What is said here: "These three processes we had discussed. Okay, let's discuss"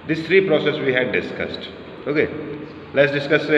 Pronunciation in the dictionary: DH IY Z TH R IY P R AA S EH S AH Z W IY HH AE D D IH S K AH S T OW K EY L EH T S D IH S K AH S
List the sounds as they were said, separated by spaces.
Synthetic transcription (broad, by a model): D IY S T R IY P R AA S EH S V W IY HH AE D D IH S K AH S T OW K EY L EH T S D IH S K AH S